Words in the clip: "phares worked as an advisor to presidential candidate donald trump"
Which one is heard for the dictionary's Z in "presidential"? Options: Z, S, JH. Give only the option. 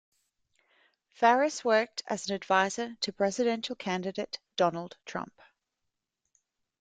Z